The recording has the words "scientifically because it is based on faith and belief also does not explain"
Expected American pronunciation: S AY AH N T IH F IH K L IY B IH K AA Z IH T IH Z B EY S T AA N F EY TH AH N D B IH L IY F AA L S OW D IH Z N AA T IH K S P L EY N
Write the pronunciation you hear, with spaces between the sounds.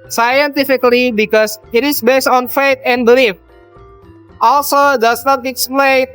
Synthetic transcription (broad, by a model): S AY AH N T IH F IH K L IY B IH K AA S IH T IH S B EY S T AA N F EY T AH N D B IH L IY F AA L S OW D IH S N AA T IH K S P L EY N